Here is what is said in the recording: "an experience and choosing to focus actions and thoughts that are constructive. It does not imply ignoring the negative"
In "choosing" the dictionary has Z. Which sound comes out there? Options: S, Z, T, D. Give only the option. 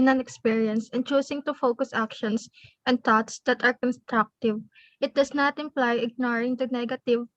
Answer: S